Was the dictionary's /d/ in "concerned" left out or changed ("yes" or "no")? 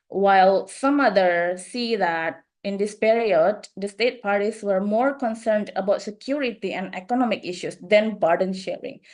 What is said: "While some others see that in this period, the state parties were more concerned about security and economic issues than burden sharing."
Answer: no